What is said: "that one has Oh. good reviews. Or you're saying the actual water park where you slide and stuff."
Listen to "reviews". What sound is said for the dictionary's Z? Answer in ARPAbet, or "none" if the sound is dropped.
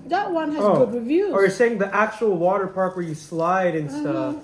none